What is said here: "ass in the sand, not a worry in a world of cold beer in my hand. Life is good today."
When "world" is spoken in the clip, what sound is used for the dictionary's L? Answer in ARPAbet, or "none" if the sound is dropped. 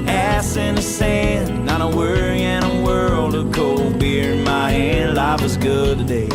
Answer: L